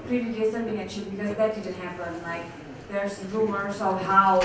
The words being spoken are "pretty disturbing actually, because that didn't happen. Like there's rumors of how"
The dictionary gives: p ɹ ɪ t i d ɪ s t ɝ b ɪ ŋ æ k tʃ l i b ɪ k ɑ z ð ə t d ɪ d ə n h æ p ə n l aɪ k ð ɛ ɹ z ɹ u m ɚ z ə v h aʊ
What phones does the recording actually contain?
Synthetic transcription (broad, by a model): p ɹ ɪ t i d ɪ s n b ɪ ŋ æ tʃ i b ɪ k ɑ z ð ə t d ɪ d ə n h æ p ə n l aɪ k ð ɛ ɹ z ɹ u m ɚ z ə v h aʊ